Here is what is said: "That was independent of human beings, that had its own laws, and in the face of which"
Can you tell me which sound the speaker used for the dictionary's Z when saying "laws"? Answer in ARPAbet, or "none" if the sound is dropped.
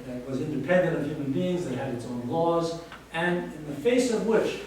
Z